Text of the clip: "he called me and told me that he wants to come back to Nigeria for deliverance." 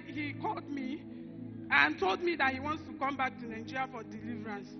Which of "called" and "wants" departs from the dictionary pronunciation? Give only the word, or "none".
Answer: none